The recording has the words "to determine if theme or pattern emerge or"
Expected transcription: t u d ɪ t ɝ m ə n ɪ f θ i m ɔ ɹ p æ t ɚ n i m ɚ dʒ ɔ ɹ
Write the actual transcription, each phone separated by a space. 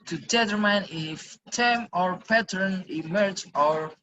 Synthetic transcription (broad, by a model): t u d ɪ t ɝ m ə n ɪ f t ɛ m ɔ ɹ p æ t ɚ n i m ɚ dʒ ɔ ɹ